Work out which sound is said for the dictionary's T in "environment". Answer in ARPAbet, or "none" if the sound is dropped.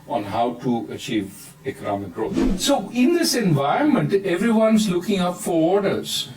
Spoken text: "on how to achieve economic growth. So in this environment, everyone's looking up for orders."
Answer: T